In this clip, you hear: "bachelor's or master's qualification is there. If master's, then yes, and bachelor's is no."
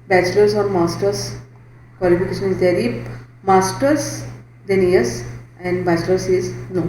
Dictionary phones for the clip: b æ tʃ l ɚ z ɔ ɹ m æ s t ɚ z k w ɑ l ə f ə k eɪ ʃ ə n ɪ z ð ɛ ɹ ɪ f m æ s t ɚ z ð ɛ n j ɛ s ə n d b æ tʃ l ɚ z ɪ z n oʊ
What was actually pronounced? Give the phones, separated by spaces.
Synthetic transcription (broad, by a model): b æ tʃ l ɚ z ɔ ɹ m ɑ s t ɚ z k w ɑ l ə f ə k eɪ ʃ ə n ɪ z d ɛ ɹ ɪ p m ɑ s t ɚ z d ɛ n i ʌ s ə n d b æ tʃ l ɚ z ɪ z n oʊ